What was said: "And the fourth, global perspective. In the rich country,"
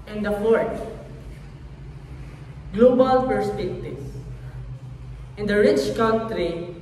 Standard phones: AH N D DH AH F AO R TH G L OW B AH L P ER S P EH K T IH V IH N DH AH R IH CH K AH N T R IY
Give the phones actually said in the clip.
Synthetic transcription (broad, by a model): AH N D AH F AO R T G L OW B AH L P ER S P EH K T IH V IH N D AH R IH CH K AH N T R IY